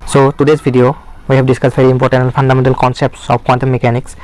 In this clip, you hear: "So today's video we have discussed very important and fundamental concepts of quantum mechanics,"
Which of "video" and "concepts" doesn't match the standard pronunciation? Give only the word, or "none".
video